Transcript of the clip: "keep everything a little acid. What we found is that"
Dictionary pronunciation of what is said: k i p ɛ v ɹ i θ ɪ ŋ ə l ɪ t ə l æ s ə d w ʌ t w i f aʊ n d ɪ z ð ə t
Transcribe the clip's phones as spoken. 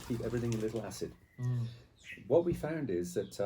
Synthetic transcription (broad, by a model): k i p ɛ v ɹ i θ ɪ ŋ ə l ɪ t l æ s ə d w ʌ t w i f aʊ n d ɪ z ð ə t